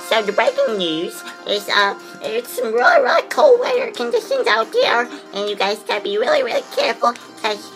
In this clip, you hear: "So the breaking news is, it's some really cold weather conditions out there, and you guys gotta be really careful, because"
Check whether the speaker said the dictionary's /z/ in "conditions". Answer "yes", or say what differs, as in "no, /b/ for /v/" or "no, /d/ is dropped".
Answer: yes